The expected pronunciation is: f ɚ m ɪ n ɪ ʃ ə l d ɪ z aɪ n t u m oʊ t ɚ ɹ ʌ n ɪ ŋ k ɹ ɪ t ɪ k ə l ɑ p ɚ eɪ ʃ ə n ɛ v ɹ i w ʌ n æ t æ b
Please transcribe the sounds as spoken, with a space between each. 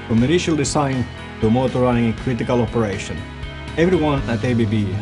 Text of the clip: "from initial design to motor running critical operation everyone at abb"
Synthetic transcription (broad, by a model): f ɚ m ɪ n ɪ ʃ ə l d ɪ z aɪ n t u m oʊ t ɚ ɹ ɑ ɪ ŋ k ɹ ɪ t ɪ k ə l ɑ p ɚ eɪ ʃ ə n ɛ v ɹ i w ʌ n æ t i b